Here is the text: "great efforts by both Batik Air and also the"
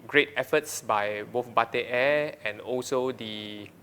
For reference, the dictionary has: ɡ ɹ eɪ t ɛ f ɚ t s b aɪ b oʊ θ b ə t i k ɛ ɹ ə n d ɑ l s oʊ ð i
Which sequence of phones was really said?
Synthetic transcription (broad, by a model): ɡ ɹ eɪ t ɛ f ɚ t s b aɪ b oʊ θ b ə t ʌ ɛ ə n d ɑ l s oʊ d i